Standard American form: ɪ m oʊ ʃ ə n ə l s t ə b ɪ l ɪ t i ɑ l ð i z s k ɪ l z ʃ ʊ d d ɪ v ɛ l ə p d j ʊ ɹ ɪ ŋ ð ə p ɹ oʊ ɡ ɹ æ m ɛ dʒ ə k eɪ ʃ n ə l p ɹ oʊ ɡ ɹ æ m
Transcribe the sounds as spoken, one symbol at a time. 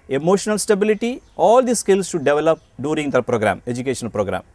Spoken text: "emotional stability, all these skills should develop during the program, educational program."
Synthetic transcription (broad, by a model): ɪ m oʊ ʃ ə n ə l s t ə b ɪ l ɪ t i ɑ l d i s k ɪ l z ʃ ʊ d d ɪ v ɛ l ə p d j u ɹ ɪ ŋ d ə p ɹ oʊ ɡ ɹ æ m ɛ dʒ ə k eɪ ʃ ə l p ɹ oʊ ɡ ɹ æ m